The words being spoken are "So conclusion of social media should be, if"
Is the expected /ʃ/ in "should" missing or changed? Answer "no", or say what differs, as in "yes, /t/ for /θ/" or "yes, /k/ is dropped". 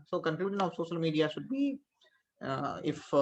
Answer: no